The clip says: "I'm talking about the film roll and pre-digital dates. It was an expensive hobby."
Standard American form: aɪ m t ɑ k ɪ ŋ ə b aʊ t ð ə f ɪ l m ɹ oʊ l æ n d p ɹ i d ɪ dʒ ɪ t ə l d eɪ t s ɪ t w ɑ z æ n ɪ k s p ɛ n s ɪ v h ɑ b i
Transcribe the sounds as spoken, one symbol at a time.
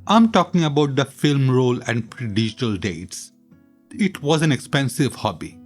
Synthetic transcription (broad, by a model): aɪ m t ɑ k ɪ ŋ ə b aʊ t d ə f ɪ l m ɹ oʊ l æ n d p ɹ i d ɪ dʒ ɪ t ə l d eɪ t s ɪ t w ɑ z æ n ɪ k s p ɛ n s ɪ v h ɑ b i